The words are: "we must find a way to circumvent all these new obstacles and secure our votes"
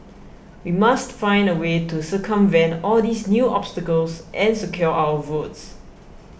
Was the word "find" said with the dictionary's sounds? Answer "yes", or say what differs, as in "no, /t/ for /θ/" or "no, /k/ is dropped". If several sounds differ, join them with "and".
yes